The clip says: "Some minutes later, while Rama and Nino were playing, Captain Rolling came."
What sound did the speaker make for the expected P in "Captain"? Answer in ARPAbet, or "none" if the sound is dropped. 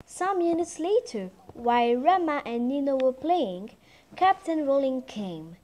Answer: P